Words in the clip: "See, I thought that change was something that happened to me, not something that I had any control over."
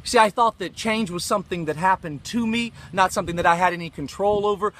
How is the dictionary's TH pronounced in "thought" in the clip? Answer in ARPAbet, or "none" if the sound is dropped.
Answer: TH